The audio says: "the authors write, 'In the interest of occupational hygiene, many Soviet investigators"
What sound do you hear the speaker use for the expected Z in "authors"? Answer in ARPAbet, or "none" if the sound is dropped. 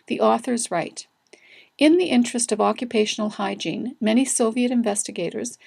Z